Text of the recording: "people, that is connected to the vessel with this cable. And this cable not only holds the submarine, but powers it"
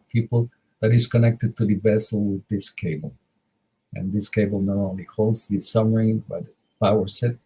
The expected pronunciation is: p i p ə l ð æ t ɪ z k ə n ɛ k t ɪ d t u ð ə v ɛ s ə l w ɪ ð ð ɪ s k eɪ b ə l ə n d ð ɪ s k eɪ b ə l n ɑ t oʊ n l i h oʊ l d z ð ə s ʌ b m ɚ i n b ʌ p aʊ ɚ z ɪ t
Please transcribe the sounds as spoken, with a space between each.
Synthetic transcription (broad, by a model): p i p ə l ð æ t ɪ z k ə n ɛ k t ɪ d t u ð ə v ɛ s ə l w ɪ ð ð ɪ s k eɪ b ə l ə n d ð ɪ s k eɪ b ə l n ɑ t oʊ n l i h oʊ l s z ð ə s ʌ m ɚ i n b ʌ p aʊ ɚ s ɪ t